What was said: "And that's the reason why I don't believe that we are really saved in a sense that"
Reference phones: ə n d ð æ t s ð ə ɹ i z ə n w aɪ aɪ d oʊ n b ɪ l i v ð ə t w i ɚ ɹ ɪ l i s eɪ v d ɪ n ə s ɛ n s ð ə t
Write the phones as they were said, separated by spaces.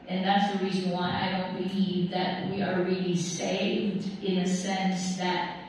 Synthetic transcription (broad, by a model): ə n ð æ t s ð ə ɹ i z ə n w aɪ aɪ d oʊ n b ɪ l i v ð ə t w i ɚ ɹ ɪ l i s eɪ v d ɪ n ə s ɛ n s ð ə t